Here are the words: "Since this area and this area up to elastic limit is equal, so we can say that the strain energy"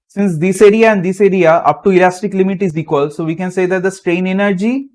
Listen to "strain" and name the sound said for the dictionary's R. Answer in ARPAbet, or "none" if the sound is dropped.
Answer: R